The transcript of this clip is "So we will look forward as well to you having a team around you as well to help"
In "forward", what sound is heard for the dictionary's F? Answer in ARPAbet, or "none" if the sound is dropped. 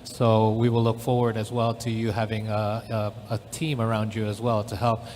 F